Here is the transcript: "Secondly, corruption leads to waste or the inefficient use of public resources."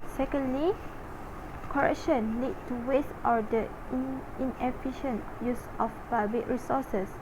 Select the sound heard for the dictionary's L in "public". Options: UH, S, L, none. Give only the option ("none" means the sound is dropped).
none